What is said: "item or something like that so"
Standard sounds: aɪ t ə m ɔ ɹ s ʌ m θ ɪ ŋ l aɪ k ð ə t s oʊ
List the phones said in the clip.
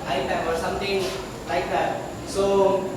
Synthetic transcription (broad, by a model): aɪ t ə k ɔ ɹ s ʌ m t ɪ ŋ l aɪ k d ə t s oʊ